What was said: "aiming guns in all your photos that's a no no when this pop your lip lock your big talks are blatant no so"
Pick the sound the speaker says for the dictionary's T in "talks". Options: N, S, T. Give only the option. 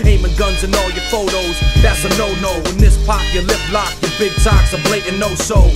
S